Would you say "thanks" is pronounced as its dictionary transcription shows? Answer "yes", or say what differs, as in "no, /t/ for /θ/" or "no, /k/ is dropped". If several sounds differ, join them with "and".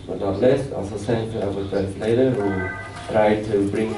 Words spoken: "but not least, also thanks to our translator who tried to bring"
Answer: no, /s/ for /θ/